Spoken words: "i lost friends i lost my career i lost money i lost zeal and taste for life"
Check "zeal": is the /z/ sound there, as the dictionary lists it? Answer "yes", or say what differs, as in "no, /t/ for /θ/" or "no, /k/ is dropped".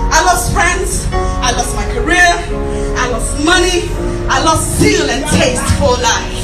no, /s/ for /z/